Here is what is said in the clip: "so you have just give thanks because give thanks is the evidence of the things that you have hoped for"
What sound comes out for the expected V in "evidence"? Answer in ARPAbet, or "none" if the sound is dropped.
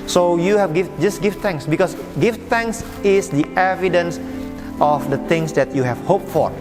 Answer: V